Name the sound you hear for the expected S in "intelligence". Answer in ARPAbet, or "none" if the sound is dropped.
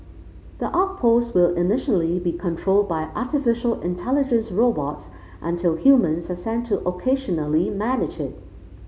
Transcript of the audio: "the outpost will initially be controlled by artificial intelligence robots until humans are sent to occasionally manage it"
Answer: S